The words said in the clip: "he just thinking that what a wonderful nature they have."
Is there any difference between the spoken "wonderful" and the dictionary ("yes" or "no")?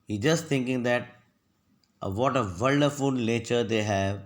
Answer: yes